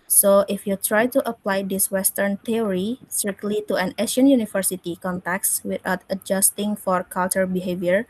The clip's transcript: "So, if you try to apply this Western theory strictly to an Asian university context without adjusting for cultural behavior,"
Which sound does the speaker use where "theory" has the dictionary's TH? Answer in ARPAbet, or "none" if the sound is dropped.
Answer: T